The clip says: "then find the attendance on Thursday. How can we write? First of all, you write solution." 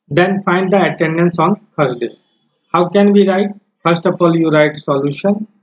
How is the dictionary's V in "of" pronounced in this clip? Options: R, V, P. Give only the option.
P